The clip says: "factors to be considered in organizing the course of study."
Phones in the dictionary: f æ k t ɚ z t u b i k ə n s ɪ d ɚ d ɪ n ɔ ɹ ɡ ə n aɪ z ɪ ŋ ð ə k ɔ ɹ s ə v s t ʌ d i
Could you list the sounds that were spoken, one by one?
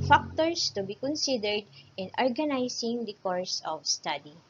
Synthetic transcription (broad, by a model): f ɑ k t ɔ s t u b i k ə n s ɪ d ɚ d ɪ n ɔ ɹ ɡ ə n aɪ s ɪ ŋ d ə k ɔ ɹ s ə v s t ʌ d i